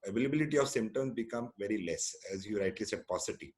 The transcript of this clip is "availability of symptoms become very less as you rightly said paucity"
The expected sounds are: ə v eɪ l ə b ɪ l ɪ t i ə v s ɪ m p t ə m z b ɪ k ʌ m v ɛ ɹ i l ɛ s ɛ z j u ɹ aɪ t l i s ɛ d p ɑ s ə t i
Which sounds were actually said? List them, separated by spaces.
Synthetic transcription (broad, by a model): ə v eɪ l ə b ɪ l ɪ t i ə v s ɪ m t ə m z b ɪ k ʌ m v ɛ ɹ i l ɛ s ɛ z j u ɹ aɪ t l i s ɛ d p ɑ s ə t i